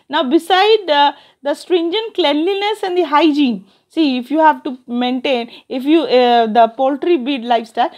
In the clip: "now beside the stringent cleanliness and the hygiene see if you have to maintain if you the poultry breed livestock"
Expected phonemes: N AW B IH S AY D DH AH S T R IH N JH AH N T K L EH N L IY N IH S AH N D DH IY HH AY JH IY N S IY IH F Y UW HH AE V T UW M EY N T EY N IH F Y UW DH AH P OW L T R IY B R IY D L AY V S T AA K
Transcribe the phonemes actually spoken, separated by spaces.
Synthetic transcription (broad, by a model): N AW B IH S AY D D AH S T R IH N JH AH N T K L EH N L IY N IH S AH N D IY HH AY JH IY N S IY IH F Y UW HH AE V T UW M EY N T EY N IH F Y UW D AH P OW L T R IY B IY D L AY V S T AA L